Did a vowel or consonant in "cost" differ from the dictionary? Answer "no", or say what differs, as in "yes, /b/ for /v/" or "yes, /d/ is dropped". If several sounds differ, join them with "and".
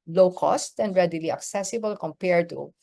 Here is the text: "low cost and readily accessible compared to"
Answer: no